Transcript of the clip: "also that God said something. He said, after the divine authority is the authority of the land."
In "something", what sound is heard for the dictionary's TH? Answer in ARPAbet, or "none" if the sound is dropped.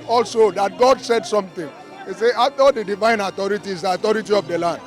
T